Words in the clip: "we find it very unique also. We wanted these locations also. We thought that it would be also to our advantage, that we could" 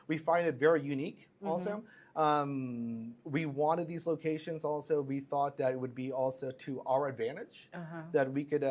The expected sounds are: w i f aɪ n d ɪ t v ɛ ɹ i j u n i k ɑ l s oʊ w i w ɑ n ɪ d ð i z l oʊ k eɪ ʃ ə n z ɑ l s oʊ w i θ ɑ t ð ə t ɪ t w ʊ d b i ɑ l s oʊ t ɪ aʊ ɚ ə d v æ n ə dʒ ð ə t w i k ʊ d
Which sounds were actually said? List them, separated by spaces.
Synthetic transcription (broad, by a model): w i f aɪ n d ɪ t v ɛ ɹ i j u n i k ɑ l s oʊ w i w ɑ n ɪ d ð i z l oʊ k eɪ ʃ ə n z ɑ l s oʊ w i θ ɑ t ð ə t ɪ t w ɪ d b i ɑ l s oʊ t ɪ aʊ ɚ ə d v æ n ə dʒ ð ə t w i k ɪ d